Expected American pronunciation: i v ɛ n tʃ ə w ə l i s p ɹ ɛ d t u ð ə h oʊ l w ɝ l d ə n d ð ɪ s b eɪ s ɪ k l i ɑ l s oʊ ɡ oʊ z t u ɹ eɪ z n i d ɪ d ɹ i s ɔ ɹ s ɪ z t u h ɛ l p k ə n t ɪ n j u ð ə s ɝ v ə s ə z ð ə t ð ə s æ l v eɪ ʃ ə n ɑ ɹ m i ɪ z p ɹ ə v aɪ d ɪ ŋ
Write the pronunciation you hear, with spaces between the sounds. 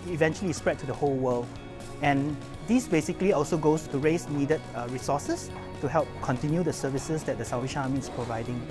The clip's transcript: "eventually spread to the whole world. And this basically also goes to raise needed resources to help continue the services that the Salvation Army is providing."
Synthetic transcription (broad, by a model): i v ɛ n tʃ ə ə l i s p ɹ ɛ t t u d ə h oʊ l w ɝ l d ə n d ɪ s b eɪ s ɪ k l i ɑ l s oʊ ɡ oʊ s t u ɹ eɪ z n i d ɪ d ɹ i s ɔ s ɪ s t u h ɛ l p k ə n t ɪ n j u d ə s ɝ v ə s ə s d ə t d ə s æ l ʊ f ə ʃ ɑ m i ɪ s p ɹ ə v aɪ d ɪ ŋ